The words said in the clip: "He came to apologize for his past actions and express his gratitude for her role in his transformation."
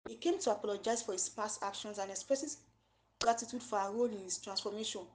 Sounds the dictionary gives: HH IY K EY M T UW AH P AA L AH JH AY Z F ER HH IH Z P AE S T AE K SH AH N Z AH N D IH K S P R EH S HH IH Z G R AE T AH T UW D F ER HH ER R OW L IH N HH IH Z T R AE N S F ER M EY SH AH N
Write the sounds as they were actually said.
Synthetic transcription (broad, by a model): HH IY K EY M T UW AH P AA L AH JH AY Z F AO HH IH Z P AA S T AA K SH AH N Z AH N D IH K S P R EH S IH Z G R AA T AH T UW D F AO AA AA R OW L IH N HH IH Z T R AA N S F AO M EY SH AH N